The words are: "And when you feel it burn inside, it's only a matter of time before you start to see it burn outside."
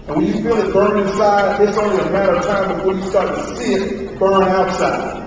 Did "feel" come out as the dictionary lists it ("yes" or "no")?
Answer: no